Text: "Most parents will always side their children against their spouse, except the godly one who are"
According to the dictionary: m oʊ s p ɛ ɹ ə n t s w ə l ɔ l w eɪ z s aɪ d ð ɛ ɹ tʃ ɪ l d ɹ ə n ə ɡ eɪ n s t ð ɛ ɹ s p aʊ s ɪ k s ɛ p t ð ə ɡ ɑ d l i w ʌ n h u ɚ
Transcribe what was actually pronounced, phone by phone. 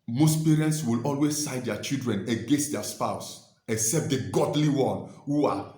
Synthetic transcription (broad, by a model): m oʊ s p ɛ ɹ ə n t s w ə l ɔ l w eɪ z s aɪ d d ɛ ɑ tʃ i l d ɹ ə n ə ɡ eɪ n s t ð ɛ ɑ s p aʊ s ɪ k s ɛ p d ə ɡ ɑ d l i w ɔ n h u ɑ